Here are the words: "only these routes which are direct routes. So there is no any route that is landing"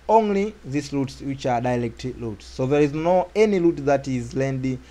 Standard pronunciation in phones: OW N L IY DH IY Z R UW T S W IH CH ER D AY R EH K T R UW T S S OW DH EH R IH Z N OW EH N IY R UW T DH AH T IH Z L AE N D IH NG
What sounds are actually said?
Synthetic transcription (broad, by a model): OW N L IY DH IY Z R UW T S W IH CH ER D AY L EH K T L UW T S S OW DH EH R IH Z N OW EH N IY L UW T DH AH T IH Z L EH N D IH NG